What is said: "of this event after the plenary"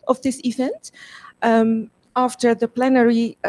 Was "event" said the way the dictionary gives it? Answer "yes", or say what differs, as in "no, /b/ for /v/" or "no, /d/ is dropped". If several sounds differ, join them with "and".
yes